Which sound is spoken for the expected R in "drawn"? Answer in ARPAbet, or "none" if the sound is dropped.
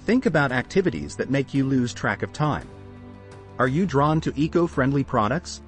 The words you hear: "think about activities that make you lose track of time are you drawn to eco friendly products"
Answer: R